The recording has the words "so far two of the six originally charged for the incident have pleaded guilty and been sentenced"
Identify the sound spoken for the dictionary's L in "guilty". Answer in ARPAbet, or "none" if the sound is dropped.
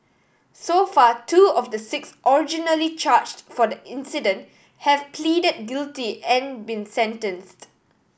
L